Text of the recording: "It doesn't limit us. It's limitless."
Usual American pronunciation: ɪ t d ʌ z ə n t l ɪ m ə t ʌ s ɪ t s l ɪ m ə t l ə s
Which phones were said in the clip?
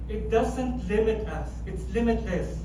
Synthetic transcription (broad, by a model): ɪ t d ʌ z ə n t l ɪ m ə t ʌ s ɪ t s l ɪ m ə t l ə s